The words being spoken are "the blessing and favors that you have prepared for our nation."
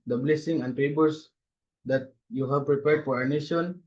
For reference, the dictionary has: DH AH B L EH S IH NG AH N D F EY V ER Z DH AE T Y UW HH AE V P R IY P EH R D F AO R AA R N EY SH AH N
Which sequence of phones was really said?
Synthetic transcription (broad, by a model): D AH B L EH S IH NG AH N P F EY B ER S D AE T Y UW HH AE V P R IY P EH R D F AO R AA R N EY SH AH N